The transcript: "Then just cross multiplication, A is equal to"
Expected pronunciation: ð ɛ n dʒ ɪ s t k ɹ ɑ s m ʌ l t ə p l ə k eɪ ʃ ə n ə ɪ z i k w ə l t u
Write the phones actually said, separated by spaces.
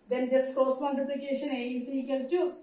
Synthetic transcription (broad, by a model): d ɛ n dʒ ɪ s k ɑ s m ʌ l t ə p l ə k eɪ ʃ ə n ə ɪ s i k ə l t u